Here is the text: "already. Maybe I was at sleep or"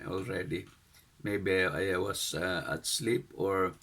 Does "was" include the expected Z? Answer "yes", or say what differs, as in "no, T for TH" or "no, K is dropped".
no, S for Z